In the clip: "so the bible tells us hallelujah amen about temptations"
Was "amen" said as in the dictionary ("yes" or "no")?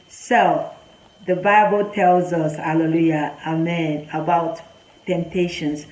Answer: yes